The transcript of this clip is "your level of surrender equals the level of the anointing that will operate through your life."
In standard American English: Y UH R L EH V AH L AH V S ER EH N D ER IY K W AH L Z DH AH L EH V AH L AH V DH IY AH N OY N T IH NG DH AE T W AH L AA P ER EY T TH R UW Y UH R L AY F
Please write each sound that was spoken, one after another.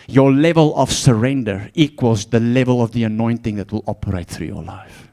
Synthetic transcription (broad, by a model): Y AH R L EH V AH L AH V S ER EH N D ER IY K W AH L Z DH AH L EH V AH L AH V DH IY AH N OY N T IH NG DH AE T W AH L AA P ER EY T TH R UW Y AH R L AY F